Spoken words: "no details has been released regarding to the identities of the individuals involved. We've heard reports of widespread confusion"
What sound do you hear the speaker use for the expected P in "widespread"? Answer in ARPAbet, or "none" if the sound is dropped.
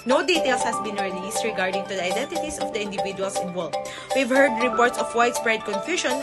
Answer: B